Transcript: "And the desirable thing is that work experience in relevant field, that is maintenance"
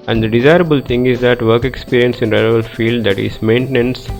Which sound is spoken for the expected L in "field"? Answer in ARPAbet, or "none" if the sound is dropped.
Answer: L